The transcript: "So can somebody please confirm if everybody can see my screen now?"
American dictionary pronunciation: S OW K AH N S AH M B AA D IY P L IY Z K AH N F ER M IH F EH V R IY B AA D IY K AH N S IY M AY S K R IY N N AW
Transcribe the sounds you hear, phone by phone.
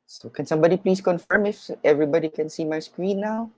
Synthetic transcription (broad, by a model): S OW K AH N S AH M B AA D IY P L IY S K AH N F ER M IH F EH V R IY B AA D IY K AH N S IY M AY S K R IY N N AW